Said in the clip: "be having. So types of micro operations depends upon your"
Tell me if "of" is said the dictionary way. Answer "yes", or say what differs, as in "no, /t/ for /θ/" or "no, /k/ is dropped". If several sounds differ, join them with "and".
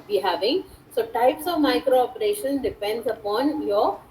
yes